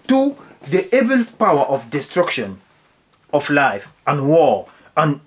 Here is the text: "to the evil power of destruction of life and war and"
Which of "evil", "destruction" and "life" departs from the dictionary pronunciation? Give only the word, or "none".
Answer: evil